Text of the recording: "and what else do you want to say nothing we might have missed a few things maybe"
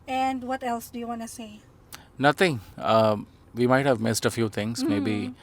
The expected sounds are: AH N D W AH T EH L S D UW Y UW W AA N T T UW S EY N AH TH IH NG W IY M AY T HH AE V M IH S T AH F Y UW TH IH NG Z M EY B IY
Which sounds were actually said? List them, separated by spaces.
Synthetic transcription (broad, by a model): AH N D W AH T EH L S D UW Y UW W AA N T T UW S EY N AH T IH NG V IY M AY T HH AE V M IH S T AH F Y UW T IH NG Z M EY B IY